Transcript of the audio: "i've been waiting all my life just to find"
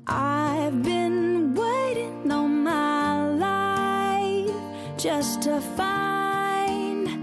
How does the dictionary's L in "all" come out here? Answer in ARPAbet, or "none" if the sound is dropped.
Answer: N